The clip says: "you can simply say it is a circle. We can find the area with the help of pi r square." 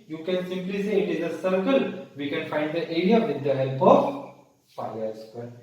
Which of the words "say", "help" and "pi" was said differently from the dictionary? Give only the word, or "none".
pi